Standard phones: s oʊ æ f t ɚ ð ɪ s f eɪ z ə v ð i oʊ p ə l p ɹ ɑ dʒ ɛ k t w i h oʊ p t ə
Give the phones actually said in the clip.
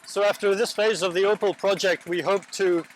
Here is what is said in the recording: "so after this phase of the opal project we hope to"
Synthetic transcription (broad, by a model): s oʊ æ f t ɚ ð ɪ s f eɪ z ə v ð i oʊ p ə l p ɹ ɑ dʒ ɛ k t w i h oʊ p t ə